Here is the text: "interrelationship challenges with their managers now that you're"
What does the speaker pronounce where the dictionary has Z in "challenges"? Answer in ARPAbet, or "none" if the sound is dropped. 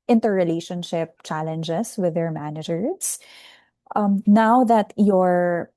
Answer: S